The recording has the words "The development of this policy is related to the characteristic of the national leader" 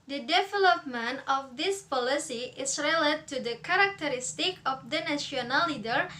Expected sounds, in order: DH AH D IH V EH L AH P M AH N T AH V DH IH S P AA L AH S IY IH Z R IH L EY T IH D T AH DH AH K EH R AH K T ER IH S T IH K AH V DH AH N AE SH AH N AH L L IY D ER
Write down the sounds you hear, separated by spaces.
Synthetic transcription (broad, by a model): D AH D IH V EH L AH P M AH N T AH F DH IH S P AA L AH S IY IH S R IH L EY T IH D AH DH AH K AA R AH K T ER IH S T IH K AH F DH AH N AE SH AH N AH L L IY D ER